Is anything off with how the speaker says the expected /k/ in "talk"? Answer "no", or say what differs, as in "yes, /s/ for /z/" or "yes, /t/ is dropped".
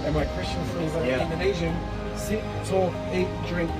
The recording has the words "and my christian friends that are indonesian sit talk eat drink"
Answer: yes, /k/ is dropped